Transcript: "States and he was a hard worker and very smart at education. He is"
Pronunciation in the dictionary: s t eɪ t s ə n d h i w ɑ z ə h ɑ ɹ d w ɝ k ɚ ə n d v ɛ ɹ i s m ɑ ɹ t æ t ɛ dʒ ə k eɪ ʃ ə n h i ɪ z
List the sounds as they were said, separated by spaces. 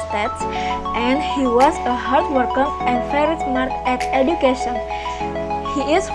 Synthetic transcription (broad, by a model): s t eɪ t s ə n d h i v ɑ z ə h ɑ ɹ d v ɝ k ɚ ə n d f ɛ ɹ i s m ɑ ɹ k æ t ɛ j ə k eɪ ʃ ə n h i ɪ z